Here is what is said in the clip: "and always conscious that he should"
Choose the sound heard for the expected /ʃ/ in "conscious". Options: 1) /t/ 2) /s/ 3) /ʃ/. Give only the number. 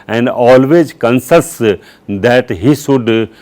2